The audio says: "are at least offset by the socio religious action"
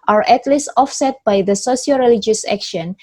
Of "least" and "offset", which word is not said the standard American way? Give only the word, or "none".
none